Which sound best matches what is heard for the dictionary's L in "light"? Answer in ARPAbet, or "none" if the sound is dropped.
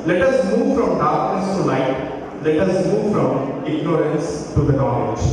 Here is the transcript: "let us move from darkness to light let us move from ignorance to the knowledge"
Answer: N